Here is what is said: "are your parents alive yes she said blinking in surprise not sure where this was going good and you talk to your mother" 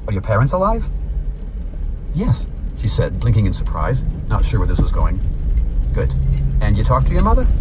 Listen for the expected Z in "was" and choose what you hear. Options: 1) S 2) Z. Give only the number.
2